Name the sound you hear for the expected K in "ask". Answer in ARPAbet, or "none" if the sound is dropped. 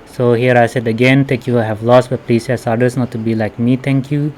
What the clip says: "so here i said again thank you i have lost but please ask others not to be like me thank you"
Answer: none